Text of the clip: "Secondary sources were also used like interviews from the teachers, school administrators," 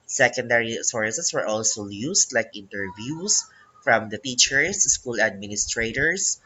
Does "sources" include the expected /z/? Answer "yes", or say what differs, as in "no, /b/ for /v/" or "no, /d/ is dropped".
no, /s/ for /z/